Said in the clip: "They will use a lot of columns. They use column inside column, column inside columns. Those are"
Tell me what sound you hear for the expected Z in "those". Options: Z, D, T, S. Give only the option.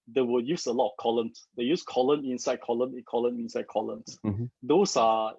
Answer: S